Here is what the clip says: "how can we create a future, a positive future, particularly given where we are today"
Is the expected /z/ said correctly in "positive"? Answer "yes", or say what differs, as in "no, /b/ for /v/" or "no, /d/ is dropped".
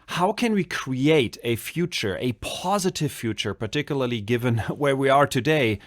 yes